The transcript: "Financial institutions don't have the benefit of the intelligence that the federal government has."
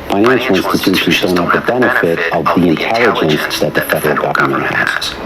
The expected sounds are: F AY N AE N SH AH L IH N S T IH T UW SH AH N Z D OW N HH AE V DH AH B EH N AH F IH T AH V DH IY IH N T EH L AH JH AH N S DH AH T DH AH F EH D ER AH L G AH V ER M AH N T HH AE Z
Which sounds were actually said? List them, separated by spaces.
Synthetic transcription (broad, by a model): F AY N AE N SH L IH N S T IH T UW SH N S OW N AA P DH AH B EH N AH F IH T AH V DH IY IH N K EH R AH JH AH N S DH AH T DH AH F EH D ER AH L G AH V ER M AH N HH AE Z